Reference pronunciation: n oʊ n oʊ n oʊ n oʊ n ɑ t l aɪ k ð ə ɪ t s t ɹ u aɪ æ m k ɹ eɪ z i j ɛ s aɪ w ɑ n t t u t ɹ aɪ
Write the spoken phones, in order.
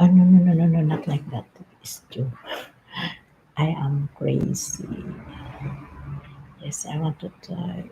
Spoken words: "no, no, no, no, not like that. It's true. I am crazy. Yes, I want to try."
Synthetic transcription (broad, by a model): n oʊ n oʊ n oʊ n oʊ n ɑ t l aɪ k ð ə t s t u aɪ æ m k ɹ eɪ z i j ɛ s aɪ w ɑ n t t u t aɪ